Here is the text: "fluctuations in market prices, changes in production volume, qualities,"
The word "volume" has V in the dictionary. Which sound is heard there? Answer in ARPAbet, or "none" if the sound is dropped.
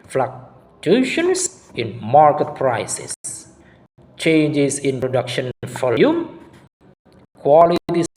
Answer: F